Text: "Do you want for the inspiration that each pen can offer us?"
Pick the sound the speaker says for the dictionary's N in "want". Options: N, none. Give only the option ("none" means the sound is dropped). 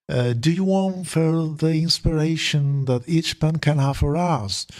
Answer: N